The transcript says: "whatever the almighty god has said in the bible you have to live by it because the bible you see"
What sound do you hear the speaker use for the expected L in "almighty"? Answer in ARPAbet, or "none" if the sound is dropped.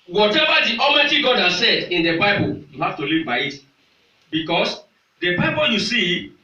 none